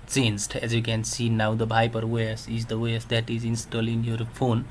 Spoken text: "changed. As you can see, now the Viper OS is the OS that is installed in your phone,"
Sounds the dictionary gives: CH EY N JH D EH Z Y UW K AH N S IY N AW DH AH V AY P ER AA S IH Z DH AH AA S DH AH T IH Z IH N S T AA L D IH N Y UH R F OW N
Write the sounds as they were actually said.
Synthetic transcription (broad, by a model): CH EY N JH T EH Z Y UW K AH N S IY N AW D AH B AY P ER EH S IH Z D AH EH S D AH T IH Z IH N S T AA L IH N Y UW R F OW N